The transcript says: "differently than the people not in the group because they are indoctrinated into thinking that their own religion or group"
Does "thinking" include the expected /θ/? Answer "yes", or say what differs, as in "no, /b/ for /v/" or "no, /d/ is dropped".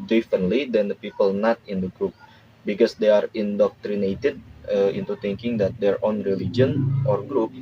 no, /t/ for /θ/